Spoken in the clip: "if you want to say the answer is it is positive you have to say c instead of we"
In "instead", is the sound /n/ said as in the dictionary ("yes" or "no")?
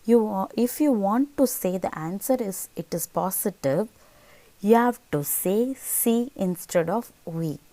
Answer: yes